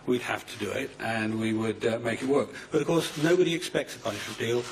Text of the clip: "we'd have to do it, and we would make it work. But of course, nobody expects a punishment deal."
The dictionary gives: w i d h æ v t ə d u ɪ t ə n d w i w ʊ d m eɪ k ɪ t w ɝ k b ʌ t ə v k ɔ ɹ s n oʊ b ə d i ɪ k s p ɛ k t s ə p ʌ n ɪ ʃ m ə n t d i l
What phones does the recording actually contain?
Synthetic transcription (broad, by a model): w i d h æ f t ə d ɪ ɪ t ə n w i w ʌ d m eɪ k ɪ t w ɝ k b ʌ t ə v k ɔ ɹ s n oʊ b ə d i ɪ k s p ɛ k t s ə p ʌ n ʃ ə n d i l